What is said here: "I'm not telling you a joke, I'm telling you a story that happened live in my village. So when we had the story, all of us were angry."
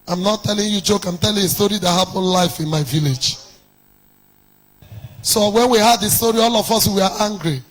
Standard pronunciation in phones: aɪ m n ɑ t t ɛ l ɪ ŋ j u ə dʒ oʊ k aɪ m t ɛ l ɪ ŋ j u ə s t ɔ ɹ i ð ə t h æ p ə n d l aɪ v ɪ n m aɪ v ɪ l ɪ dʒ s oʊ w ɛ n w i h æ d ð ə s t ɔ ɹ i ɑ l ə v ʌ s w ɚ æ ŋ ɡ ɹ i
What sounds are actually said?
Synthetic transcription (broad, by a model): aɪ m n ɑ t t ɛ l ɪ ŋ j u dʒ oʊ k aɪ m t ɛ l ɪ ŋ ə s t ɔ ɹ i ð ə t h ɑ p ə n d l aɪ f ɪ n m aɪ v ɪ l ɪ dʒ s oʊ w ɛ n w i h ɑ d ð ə s t ɔ ɹ i ɑ l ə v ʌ s w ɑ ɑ ŋ ɡ ɹ i